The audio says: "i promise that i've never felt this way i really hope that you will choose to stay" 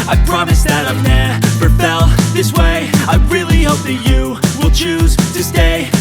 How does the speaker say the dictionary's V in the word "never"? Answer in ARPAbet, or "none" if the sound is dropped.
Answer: F